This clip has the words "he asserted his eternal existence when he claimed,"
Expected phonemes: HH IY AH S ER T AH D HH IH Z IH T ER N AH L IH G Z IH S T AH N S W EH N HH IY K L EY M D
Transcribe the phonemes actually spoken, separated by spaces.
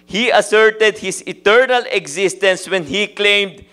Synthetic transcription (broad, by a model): HH IY AH S ER T AH D HH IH S IH T ER N AH L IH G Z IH S T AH N S W EH N HH IY K L EY M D